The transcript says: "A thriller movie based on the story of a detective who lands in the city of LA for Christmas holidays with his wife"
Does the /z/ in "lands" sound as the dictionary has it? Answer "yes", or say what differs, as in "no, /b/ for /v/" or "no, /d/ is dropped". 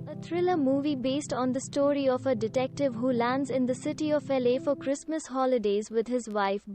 yes